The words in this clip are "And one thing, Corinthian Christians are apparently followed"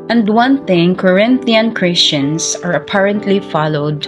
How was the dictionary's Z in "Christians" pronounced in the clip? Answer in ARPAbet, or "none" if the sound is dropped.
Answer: S